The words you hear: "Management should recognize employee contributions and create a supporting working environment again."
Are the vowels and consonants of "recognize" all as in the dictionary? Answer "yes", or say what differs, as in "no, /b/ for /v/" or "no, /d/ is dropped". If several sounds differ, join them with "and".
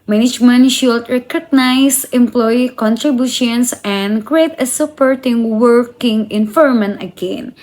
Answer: no, /s/ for /z/